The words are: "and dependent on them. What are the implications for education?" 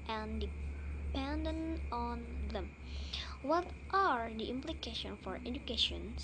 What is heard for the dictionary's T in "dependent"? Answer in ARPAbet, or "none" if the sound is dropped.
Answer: none